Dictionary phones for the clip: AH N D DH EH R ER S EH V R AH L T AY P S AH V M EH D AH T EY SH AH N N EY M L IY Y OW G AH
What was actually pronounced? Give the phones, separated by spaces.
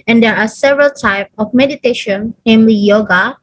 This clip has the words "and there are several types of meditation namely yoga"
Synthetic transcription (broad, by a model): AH N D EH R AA S EH V R AH L T AY P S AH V M EH D AH T EY SH AH N N EY M L IY Y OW G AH